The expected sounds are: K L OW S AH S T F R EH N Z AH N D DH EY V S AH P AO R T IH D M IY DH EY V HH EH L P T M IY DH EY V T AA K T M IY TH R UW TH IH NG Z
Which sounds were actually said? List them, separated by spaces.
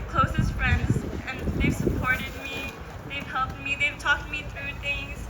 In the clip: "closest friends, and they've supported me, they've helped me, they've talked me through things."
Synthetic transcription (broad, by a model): K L OW S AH S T F R EH N Z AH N DH EY V S AH P AO R T IH D M IY DH EY V HH EH L P T M IY DH EY V T AA K T M IY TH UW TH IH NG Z